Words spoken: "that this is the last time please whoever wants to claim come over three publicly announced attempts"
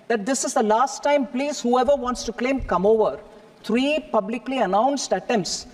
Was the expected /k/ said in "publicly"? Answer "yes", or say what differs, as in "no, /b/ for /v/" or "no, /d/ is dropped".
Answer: yes